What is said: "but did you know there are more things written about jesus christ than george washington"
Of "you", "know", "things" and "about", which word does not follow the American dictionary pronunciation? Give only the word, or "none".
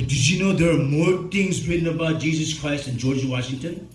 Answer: things